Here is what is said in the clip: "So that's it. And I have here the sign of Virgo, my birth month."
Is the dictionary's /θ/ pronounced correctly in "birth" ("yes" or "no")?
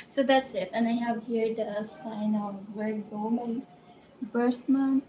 no